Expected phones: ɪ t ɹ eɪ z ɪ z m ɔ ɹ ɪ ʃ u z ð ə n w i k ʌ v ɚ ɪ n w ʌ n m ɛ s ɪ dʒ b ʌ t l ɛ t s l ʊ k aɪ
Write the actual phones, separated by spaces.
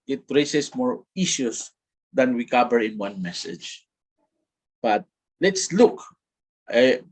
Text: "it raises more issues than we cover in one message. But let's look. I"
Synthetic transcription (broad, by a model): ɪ t ɹ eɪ s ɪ s m ɔ ɹ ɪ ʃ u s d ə n w i k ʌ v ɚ ɪ n w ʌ n m ɛ s ɪ dʒ b ʌ t l ɛ t s l ʊ k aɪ